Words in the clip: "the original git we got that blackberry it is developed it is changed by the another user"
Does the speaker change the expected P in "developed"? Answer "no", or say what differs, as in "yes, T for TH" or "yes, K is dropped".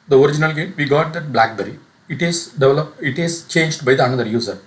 yes, P is dropped